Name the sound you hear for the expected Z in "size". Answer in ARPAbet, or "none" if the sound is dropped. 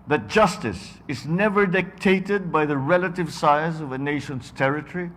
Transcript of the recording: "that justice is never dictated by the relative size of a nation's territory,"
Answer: Z